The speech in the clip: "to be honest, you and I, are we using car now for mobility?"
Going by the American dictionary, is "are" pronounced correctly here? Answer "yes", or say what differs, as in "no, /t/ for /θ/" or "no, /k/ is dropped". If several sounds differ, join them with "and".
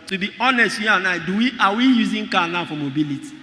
no, /w/ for /ɹ/